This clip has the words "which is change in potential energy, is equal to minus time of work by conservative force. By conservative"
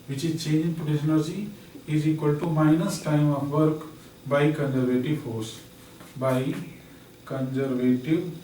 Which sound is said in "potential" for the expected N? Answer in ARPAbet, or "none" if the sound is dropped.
none